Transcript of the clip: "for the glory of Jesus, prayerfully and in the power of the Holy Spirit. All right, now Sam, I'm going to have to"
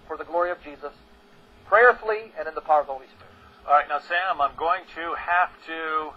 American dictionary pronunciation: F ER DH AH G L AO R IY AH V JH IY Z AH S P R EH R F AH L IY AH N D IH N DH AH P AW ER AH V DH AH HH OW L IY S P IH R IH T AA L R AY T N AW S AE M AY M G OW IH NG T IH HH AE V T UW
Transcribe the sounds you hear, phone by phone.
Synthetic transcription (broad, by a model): F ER DH AH G L AO R IY AH V JH IY Z AH S P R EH R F L IY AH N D IH N DH AH P AW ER AH V DH AH HH OW L IY S P IH R IH T AA L R AY T N AW S AE M AY M G OW IH NG T IH HH AE F T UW